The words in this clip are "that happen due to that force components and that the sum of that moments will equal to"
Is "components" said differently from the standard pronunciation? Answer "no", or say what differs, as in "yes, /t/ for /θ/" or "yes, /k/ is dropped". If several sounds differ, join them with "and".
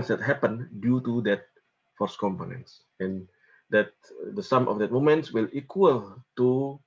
no